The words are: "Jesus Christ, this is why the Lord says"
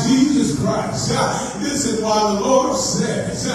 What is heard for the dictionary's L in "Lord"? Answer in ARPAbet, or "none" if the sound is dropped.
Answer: L